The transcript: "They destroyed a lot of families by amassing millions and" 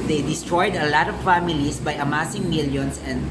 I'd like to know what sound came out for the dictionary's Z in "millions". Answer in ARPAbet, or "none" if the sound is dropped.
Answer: S